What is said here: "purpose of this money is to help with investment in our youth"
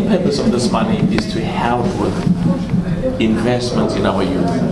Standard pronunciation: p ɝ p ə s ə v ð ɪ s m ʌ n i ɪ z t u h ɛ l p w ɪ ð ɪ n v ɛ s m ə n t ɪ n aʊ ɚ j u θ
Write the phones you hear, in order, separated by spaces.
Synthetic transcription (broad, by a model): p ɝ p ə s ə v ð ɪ s m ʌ n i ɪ s t u h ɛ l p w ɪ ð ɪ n v ɛ s m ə n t ɪ n aʊ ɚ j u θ